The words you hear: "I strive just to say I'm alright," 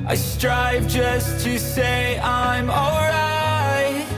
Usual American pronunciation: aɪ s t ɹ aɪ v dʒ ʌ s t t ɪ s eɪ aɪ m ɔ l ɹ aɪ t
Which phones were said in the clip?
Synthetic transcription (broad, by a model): aɪ s t ɹ aɪ v dʒ ʌ s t t ɪ s eɪ aɪ m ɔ l ɹ aɪ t